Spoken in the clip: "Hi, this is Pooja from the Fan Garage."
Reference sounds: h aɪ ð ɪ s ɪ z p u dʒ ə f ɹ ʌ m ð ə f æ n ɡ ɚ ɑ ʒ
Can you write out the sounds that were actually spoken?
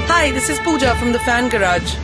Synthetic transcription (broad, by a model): h aɪ ð ɪ s ɪ z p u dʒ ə f ɹ ʌ m ð ə f æ n ɡ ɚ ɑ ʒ